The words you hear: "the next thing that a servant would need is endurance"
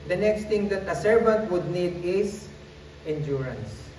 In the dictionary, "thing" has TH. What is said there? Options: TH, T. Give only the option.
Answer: T